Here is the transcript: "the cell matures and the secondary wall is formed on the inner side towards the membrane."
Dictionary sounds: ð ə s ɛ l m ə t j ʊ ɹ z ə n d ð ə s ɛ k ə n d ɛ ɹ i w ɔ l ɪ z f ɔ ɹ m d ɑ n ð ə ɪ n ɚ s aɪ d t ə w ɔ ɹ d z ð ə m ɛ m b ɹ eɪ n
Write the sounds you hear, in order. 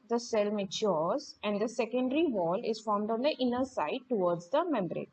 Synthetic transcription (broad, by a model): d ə s ɛ l m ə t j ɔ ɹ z ə n d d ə s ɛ k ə n d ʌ ɹ i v ɔ l ɪ z f ɔ ɹ m d ɑ n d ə ɪ n ɚ s aɪ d t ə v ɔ ɹ d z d ə m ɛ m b ɹ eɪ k